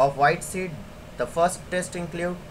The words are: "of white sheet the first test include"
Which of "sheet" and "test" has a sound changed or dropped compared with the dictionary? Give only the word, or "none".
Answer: sheet